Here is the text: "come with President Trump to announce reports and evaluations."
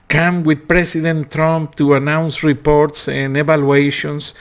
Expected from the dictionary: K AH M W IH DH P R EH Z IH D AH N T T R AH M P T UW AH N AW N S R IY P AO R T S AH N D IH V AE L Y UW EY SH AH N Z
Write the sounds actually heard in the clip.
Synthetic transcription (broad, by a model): K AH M W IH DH P R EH S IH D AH N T T R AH M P T UW AH N AW N S R IY P AO R T S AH N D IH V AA L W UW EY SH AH N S